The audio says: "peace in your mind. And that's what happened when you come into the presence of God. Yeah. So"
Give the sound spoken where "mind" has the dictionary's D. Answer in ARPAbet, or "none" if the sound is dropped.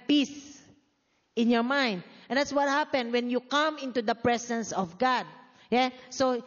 D